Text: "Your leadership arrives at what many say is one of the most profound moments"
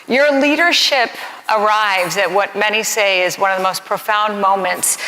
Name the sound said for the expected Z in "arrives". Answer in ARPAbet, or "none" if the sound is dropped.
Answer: Z